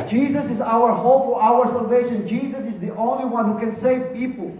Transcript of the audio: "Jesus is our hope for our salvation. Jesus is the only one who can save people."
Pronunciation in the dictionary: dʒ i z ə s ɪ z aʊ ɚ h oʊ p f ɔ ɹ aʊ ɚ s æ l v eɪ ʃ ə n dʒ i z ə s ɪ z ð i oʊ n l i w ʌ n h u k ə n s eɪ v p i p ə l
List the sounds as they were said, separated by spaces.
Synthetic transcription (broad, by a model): dʒ i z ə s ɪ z aʊ ɚ h oʊ p f ɔ ɹ aʊ ɚ s æ l v eɪ ʃ ə n dʒ i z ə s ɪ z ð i oʊ n l i w ʌ n h u k ə n s eɪ v p i p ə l